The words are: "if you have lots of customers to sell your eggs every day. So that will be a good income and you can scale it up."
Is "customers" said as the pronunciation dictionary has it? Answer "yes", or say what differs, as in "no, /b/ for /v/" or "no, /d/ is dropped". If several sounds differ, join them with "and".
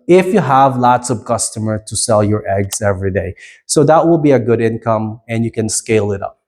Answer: no, /z/ is dropped